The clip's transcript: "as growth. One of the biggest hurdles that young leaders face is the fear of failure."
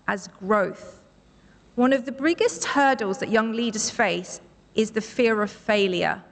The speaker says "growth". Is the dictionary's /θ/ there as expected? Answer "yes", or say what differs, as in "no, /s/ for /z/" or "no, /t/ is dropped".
yes